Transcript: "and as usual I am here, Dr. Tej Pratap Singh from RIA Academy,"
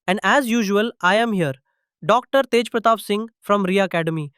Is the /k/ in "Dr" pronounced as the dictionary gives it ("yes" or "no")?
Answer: yes